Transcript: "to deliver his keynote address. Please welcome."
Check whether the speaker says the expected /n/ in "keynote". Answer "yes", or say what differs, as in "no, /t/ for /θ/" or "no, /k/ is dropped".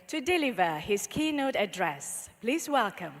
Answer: yes